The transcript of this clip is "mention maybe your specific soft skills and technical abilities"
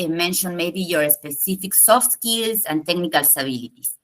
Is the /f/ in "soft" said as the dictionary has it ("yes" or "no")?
yes